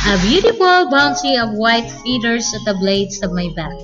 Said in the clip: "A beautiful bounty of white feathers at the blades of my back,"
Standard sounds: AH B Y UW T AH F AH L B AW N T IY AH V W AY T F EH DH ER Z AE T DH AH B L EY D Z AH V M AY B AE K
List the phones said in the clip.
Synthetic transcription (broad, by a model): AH B Y UW T AH F AH L B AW N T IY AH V W AY T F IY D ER S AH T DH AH B L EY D S AH V M AY B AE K